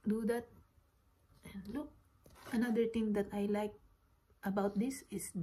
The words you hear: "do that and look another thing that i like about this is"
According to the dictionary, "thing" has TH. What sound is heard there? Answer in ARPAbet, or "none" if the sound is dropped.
T